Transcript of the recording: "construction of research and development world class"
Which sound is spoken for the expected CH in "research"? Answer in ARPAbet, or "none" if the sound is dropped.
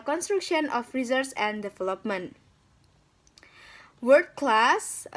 S